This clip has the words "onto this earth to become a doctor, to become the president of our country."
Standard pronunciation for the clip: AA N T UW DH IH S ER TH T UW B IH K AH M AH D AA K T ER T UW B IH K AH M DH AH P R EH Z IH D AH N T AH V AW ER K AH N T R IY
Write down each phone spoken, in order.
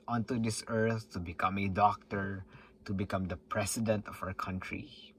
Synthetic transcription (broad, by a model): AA N T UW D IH S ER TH T UW B IH K AH M AH D AA K T ER T UW B IH K AH M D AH P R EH S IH D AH N T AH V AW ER K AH N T R IY